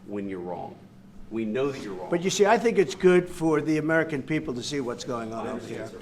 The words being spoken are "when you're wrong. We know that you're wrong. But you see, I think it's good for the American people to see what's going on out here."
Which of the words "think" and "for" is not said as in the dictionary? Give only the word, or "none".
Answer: none